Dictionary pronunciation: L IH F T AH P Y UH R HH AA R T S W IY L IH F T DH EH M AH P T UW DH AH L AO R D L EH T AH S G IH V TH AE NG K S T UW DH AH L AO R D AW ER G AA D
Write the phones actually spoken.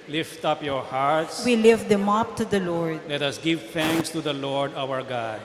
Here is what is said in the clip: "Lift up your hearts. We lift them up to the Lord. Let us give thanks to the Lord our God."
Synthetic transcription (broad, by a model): L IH F T AH P Y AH R HH AA R T S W IY L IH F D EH M AH P T UW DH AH L AO R D L EH T AH S G IH V T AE NG K S T UW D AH L AO R D AW ER G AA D